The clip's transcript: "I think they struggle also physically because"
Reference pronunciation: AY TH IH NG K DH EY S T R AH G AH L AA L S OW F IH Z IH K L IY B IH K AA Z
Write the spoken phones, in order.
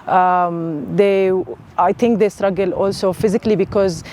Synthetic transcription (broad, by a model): AY T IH NG K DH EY S T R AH G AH L AA L S OW F IH Z IH K L IY B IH K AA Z